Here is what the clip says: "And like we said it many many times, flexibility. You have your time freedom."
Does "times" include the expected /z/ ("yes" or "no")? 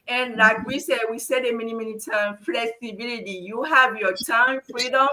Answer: no